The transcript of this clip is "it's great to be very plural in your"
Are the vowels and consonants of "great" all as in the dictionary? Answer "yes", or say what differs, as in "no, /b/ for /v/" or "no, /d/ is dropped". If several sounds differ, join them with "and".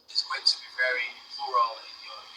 no, /ɹ/ is dropped